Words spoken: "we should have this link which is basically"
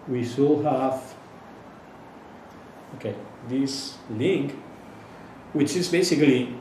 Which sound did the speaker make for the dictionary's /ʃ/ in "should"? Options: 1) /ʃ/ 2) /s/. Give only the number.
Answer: 2